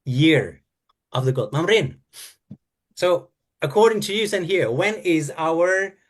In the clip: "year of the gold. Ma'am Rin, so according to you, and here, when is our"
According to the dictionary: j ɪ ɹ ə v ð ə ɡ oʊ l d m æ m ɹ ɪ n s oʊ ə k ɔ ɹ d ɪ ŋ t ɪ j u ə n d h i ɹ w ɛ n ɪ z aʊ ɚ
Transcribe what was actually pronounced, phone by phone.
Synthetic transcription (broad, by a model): j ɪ ɹ ə v ð ə ɡ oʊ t m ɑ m ɹ ɪ n s oʊ ə k ɔ ɹ d ɪ ŋ t ɪ j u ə n h i ɹ w ɛ n ɪ z aʊ ɚ